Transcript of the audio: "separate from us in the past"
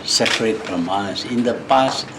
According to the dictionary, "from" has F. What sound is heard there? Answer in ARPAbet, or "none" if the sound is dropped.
P